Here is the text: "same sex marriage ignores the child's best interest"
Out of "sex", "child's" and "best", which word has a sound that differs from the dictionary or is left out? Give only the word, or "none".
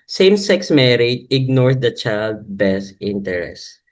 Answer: child's